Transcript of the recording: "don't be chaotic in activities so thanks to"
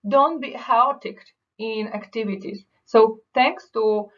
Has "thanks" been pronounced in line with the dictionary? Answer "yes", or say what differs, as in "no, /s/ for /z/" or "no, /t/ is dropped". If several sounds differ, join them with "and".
no, /t/ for /θ/